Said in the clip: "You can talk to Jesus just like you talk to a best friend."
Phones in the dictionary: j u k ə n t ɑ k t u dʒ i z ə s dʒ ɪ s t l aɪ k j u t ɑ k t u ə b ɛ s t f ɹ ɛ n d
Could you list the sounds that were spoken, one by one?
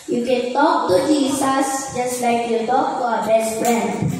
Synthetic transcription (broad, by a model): j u k ə n t ɑ k t u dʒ i s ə s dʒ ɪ s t l aɪ k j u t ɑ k t u ə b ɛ s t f ɹ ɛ n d